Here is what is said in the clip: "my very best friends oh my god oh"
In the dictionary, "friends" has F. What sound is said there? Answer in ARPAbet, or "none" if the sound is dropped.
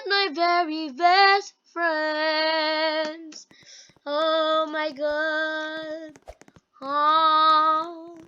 F